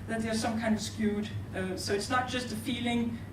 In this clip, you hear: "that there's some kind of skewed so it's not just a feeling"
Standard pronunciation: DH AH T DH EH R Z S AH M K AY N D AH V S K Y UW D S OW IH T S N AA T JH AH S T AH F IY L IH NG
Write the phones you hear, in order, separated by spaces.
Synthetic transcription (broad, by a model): DH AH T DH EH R S AH M K AY N D AH V S K Y UW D S OW IH T S N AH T JH AH S T AH F IY L IH NG